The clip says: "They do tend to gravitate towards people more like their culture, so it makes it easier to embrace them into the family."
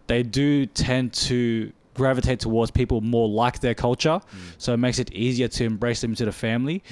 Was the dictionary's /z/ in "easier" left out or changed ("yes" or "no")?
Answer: no